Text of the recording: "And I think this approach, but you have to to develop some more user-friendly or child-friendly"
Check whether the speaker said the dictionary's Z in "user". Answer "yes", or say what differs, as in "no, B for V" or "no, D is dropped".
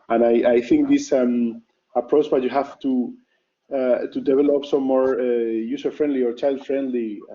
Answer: no, S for Z